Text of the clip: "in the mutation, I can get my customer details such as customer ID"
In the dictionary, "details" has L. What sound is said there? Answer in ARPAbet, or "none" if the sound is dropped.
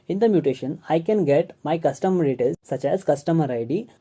none